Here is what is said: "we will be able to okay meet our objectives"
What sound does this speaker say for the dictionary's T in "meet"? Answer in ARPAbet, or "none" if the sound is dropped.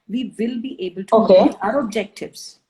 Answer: none